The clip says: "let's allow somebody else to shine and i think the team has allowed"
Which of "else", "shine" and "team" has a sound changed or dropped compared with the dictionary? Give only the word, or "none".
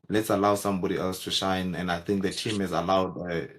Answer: none